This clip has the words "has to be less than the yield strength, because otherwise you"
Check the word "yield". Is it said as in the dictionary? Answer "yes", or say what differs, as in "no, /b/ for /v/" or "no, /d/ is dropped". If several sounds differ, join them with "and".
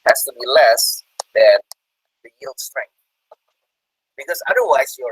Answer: yes